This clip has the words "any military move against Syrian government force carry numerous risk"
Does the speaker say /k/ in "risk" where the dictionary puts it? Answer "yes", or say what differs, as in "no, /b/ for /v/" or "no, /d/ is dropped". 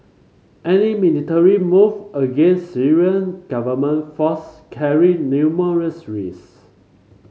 no, /k/ is dropped